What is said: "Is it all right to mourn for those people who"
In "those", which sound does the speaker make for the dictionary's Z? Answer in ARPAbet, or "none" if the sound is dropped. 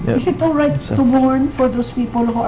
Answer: S